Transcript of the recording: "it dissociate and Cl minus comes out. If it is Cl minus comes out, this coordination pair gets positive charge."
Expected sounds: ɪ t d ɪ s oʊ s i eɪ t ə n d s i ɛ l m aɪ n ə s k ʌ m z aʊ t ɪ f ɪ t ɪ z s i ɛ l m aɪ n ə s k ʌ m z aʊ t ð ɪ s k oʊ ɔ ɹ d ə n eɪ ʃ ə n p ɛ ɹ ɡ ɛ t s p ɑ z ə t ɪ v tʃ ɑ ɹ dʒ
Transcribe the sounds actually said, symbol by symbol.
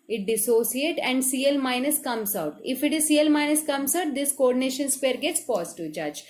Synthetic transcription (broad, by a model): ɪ t d ɪ s oʊ s i eɪ t ə n d s i ɛ l m aɪ n ə s k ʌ m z aʊ t ɪ f ɪ t ɪ z s i ɛ l m aɪ n ə s k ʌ m s aʊ t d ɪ s k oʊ ɔ ɹ d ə n eɪ ʃ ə n p ɛ ɹ ɡ ɛ t s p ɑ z t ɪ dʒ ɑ dʒ